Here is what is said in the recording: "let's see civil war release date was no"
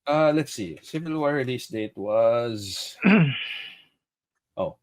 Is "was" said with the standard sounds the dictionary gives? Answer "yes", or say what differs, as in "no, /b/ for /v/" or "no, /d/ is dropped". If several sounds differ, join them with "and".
yes